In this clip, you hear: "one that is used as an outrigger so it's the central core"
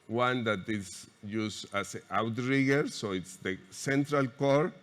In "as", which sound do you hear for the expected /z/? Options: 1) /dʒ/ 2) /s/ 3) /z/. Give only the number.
2